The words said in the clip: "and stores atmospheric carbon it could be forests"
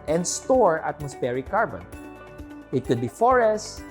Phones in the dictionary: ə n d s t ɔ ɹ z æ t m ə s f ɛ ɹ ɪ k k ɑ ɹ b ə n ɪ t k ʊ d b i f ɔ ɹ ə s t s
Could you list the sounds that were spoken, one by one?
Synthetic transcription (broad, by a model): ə n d s t ɔ ɹ ɑ t m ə s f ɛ ɹ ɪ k k ɑ ɹ b ə n ɪ t k ʊ d b i f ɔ ɹ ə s s